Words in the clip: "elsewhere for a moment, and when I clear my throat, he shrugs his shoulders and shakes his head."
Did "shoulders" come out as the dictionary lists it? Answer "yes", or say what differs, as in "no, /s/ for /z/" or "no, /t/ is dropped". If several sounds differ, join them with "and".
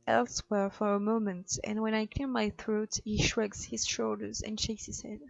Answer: yes